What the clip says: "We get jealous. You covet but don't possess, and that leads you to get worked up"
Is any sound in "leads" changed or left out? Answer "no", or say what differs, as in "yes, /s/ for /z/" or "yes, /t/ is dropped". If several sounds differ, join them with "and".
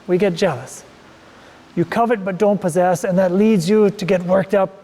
no